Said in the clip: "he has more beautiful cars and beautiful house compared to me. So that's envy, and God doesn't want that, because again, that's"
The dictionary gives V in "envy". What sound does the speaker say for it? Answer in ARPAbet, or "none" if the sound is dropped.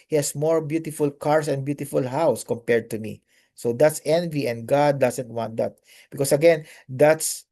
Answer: V